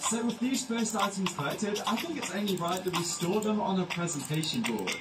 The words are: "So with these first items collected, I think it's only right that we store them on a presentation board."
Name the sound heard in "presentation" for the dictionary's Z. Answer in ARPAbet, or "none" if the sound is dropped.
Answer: Z